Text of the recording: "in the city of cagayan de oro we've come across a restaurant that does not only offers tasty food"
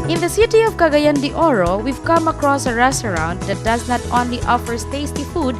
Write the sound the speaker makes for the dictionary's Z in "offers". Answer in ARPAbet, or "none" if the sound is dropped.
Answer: S